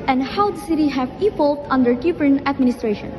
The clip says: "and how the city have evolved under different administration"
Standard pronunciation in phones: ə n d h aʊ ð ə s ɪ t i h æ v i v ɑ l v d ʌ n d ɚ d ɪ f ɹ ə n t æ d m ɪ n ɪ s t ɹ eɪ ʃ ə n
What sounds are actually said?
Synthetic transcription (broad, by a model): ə n d h aʊ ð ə s ɪ t i h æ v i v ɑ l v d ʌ n d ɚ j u p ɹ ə n æ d m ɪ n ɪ s t ɹ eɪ ʃ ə n